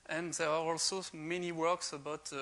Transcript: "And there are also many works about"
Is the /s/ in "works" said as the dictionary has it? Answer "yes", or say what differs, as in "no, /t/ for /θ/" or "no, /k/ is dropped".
yes